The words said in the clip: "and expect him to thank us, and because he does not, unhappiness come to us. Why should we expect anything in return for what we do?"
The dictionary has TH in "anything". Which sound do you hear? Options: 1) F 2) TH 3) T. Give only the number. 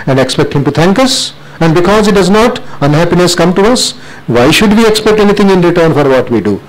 3